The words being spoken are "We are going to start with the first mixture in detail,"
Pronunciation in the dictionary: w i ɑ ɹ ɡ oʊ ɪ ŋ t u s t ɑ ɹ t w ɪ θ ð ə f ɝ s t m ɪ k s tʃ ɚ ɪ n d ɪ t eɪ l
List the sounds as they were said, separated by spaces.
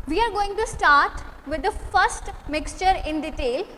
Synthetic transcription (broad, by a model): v i ɑ ɹ ɡ oʊ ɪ ŋ t u s t ɑ ɹ t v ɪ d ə f ɝ s t m ɪ k s tʃ ɚ ɪ n d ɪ t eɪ l